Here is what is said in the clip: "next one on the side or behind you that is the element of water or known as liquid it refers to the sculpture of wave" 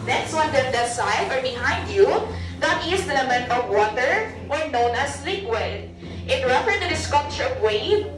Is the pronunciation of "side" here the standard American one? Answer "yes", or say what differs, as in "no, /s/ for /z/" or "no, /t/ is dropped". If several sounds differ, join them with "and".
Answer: no, /d/ is dropped